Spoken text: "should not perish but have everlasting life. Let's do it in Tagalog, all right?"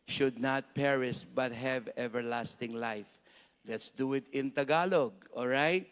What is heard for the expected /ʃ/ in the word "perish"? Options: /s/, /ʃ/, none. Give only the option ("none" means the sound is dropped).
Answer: /s/